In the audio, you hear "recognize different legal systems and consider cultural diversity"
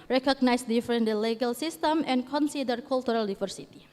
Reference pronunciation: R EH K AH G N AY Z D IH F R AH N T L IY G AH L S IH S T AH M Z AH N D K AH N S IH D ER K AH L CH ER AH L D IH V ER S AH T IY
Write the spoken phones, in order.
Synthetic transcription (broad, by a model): R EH K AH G N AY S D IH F R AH N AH L IY G AH L S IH S T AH M AH N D K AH N S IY D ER K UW L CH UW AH L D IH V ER S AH T IY